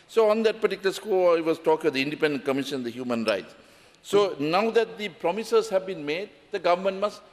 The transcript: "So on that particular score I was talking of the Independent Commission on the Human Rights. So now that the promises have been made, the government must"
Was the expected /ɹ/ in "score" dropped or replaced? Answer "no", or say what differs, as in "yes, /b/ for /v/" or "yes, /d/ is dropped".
yes, /l/ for /ɹ/